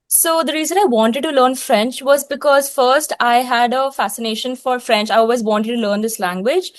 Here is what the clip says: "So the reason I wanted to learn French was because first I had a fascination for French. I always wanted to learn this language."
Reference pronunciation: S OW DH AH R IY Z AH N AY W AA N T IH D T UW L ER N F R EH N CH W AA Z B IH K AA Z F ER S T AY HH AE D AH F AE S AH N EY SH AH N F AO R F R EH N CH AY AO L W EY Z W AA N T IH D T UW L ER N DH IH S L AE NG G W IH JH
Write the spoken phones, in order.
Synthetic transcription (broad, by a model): S OW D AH R IY Z AH N AY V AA N T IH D T UW L ER N F R EH N CH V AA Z B IH K AA Z F ER S T AY HH AE D AH F AE S AH N EY SH AH N F AO R F R EH N CH AY AO L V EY Z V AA N T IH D T UW L ER N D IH S L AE NG G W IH JH